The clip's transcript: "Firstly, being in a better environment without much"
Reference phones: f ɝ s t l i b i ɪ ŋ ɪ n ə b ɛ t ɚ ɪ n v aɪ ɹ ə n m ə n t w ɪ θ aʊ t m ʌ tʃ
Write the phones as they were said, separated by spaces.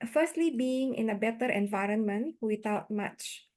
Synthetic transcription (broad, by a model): f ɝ s t l i b i ɪ ŋ ɪ n ə b ɛ t ɚ ɪ n v aɪ ɹ ə n m ə n t w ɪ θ aʊ t m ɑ tʃ